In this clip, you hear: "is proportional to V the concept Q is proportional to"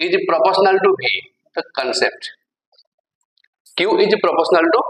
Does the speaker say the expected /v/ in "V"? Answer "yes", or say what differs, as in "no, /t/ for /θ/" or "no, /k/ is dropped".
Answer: no, /b/ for /v/